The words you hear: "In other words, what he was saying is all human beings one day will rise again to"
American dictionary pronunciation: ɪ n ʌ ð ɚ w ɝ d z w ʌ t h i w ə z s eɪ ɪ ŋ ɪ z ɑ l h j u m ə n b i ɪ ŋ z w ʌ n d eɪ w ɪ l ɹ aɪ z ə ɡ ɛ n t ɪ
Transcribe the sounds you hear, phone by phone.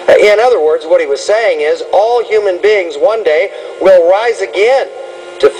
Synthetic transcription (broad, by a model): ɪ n ʌ ð ɚ w ɝ d z w ʌ t h i w ə z s eɪ ɪ ŋ ɪ z ɑ l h j u m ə n b i ɪ ŋ z w ʌ n d eɪ w ɪ l ɹ aɪ z ə ɡ ɛ n t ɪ